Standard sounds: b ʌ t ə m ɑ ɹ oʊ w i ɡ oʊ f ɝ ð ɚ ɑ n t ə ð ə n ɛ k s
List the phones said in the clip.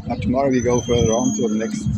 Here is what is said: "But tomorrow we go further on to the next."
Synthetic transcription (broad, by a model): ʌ t ə m ɑ ɹ oʊ w i ɡ oʊ f ɝ ð ɚ ɑ n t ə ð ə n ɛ k s